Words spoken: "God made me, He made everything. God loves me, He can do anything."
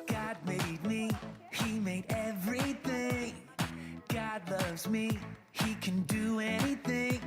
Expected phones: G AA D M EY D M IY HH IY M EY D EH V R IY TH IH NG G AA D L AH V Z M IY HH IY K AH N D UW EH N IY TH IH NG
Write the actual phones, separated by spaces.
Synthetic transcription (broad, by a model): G AA D M EY D M IY HH IY M EY D EH V R IY TH IH NG G AA D L AH V Z M IY HH IY K AH N D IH EH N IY TH IH NG